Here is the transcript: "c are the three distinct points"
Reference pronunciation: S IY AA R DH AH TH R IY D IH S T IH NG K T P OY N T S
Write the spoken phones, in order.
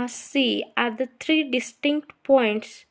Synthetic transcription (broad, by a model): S IY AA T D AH T R IY D IH S T IH NG K T P OY N T S